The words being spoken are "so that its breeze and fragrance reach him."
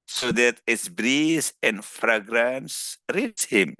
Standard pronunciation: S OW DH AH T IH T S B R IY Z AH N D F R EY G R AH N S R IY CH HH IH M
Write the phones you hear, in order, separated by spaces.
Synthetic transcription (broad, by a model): S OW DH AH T IH T S B R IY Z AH N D F R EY G R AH N S R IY S HH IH M